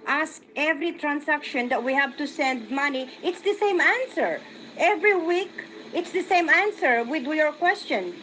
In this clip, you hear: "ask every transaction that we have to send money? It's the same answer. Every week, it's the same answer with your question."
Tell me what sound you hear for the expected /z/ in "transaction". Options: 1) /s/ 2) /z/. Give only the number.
1